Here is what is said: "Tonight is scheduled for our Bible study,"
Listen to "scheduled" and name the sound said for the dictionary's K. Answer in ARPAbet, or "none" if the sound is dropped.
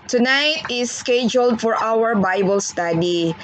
K